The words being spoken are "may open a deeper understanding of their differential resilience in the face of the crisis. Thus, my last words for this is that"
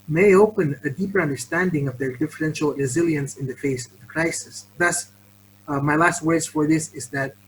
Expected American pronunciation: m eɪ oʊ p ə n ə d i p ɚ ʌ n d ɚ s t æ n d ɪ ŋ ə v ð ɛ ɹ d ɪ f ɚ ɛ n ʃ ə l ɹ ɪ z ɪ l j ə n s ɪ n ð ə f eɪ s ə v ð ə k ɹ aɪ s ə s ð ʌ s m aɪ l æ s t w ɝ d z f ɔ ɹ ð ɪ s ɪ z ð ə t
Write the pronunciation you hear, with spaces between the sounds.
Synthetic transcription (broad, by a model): m eɪ oʊ p ə n ə d i p ɚ ʌ n d ɚ s t æ n d ɪ ŋ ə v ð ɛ ɹ d ɪ f ɚ ɛ n ʃ ə l ɹ ɪ z ɪ l j ə n s ɪ n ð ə f eɪ s ə v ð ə k ɹ aɪ s ə s ð ʌ s m aɪ l æ s t w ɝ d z f ɔ ɹ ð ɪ s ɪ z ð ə t